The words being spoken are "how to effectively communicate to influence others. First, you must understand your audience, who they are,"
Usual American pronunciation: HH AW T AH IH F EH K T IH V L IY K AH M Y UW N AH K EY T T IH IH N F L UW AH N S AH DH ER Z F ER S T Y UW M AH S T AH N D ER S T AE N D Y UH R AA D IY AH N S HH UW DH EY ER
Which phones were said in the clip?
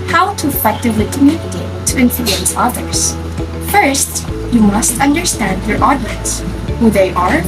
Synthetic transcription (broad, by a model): HH AW T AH IH F EH K T IH V L IY K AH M Y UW AH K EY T T IH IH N F L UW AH N S AH DH ER Z F ER S T Y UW M AH S T AH N D ER S T AE N D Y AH R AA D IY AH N S HH UW DH EY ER